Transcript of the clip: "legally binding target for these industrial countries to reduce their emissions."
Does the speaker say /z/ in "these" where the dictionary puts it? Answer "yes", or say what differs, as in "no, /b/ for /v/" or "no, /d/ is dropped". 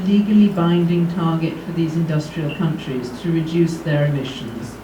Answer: yes